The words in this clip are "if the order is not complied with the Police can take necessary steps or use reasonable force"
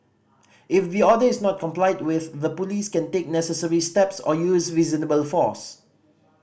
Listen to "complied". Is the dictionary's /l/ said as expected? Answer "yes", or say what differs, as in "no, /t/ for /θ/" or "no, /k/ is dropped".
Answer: yes